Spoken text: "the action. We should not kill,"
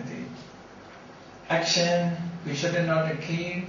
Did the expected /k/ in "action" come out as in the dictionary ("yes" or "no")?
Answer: yes